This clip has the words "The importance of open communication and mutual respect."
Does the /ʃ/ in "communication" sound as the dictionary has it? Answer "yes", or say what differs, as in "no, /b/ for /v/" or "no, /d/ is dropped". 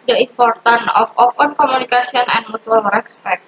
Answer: no, /s/ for /ʃ/